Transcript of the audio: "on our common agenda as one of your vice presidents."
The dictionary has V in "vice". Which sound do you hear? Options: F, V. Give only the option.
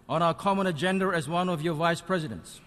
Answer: V